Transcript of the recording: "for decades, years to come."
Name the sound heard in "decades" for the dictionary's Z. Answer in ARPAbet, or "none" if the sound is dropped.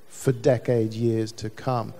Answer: none